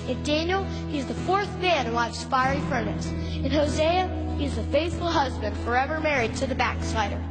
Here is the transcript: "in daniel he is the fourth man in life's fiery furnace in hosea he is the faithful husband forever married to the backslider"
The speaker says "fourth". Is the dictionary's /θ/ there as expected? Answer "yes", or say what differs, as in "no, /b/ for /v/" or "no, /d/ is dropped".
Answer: yes